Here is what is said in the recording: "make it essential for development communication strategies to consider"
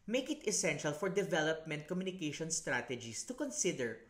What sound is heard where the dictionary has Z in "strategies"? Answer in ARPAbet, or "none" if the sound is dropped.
S